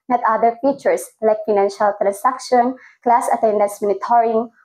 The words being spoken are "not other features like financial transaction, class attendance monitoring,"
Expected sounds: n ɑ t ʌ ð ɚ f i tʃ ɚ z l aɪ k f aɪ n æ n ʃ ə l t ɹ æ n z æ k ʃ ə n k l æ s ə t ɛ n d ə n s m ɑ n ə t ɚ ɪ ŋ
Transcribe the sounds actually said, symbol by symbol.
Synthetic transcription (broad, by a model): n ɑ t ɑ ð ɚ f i tʃ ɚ s l aɪ k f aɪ n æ n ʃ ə l t ɹ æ n s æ k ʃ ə n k l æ s ə t ɛ n d ə n s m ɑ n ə t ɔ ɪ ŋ